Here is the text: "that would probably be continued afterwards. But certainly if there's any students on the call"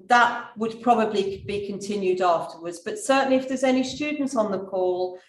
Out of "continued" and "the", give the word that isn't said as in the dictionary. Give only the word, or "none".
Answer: none